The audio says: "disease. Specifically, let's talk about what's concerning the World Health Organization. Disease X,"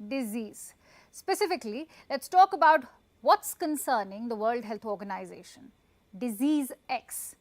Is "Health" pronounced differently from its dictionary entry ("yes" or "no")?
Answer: yes